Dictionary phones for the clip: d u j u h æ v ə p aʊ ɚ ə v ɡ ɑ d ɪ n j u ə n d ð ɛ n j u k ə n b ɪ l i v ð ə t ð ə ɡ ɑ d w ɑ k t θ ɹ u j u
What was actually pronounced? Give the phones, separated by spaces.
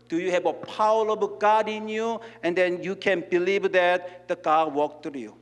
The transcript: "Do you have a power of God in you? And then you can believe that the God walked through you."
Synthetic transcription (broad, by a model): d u j u h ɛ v ə p aʊ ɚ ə b ɡ ɑ d ɪ n j u ə n d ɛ n j u k ə n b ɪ l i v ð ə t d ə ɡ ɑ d w ɑ k t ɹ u j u